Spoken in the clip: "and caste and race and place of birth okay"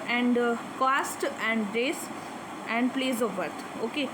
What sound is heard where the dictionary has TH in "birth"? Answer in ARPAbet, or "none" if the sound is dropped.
T